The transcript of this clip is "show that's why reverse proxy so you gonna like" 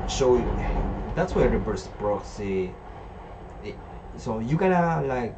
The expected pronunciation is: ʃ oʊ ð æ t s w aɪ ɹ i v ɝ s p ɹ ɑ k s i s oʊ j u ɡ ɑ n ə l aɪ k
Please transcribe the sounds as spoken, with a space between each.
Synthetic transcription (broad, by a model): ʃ oʊ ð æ t s w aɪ ɹ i b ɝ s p ɹ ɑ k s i s oʊ j u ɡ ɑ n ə l aɪ k